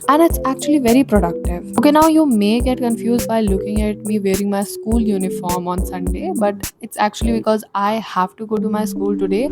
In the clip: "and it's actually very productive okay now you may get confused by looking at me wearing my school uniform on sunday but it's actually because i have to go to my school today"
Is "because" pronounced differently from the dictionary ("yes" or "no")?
no